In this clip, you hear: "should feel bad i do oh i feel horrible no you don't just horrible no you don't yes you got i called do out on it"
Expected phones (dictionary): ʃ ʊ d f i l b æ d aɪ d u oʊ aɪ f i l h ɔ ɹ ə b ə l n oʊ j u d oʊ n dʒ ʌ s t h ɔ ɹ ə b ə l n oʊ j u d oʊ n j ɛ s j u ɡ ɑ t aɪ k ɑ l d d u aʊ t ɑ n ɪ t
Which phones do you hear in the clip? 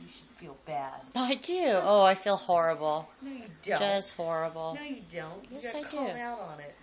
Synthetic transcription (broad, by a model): ʃ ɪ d f i l b æ d aɪ d u oʊ aɪ f i l h ɔ ɹ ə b l n oʊ j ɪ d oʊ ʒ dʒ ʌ s t h ɔ ɹ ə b l n oʊ j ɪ d oʊ n j ɛ s ɑ ɪ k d d u aʊ t n ɪ t